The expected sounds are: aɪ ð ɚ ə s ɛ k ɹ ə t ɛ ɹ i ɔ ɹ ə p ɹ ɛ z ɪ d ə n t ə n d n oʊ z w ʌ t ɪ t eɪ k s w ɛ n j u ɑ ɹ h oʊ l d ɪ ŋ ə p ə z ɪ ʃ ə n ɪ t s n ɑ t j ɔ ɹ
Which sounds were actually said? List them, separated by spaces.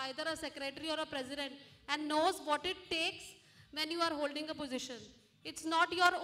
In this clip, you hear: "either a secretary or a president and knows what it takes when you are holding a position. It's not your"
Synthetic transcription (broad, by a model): aɪ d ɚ ə s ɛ k ɹ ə t ɹ i ɔ ɹ ə p ɹ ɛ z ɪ d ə n t ə n d n oʊ z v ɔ t ɪ t eɪ k s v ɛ n j u ɑ ɹ h oʊ l d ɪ ŋ ə p ə z ɪ ʃ ə n ɪ t s n ɑ t j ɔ ɹ